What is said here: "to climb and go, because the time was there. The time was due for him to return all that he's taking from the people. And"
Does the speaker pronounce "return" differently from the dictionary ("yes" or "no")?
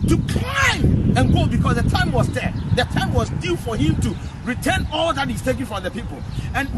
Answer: no